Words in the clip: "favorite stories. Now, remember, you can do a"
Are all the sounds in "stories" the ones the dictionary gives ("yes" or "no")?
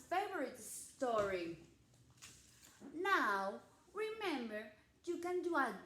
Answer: no